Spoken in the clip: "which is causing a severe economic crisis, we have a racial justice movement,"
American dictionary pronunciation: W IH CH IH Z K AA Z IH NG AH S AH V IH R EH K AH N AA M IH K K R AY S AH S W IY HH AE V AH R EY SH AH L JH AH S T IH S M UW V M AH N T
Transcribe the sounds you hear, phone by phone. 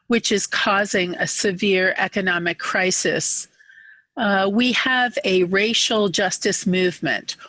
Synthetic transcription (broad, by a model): W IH CH IH Z K AA Z IH NG AH S AH V IH R EH K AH N AA M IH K K R AY S AH S W IY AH V AH R EY SH L JH AH S T IH S M UW V M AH N T